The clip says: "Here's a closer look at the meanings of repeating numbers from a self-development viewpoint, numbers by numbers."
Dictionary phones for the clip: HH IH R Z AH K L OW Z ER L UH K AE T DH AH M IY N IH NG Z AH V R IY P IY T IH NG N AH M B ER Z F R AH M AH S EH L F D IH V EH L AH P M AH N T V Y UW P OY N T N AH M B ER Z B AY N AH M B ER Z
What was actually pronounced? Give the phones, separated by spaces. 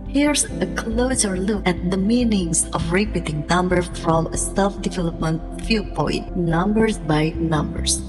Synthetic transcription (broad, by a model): HH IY R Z AH K L OW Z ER L UH K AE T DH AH M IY N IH NG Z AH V R IY P IY T IH NG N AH M B ER F R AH M AH S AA F D IH V EH L AH P M AH N T F Y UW P OY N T N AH M B ER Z B AY N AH M B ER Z